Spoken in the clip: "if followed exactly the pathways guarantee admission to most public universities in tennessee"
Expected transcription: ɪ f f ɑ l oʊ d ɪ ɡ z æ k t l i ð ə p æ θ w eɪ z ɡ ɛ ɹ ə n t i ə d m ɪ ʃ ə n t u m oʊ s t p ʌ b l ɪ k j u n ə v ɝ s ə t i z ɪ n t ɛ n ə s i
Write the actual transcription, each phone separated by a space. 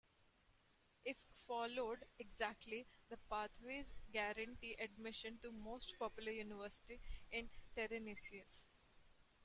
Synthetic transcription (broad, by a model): ɪ f f ɑ l oʊ d ɪ ɡ z æ k t l i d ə p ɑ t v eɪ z ɡ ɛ ɹ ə n t i ə d m ɪ ʃ ə n t u m oʊ s t p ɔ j l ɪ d j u n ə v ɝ s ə t i ɪ n t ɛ n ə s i